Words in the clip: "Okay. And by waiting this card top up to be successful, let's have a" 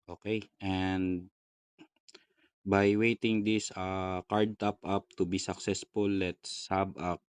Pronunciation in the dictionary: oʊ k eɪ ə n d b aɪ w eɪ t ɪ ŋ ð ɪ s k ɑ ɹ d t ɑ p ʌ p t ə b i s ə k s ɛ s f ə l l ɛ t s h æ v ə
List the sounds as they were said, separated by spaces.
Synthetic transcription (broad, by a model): oʊ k eɪ ə n d b aɪ w eɪ t ɪ ŋ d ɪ s k ɑ ɹ d t ɑ p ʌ p t ə b i s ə k s ɛ s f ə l l ɛ t s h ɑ b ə